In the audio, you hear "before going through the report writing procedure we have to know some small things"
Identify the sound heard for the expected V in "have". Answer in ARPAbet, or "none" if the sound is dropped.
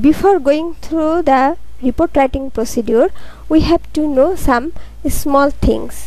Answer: B